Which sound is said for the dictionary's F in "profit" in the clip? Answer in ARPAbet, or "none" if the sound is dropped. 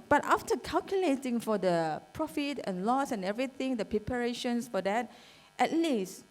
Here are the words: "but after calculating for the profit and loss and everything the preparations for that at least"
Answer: F